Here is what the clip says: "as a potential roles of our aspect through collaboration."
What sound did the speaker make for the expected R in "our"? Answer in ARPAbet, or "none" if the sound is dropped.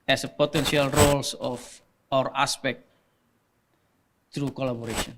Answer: R